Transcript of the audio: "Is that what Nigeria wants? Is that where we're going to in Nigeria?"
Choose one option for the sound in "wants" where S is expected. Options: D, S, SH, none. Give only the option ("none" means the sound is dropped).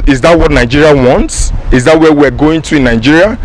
S